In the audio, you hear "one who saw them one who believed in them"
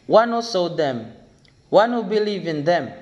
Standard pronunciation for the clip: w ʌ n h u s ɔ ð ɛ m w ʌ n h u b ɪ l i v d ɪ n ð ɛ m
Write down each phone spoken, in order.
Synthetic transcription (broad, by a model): w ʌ n h u s ɔ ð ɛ m w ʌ n h u b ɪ l i v ɪ n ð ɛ m